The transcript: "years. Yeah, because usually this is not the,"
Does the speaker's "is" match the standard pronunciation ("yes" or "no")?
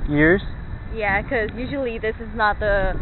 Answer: yes